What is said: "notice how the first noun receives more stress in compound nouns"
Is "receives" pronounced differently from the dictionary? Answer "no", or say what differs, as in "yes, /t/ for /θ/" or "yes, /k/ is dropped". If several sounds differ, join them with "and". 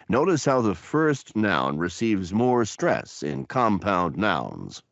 no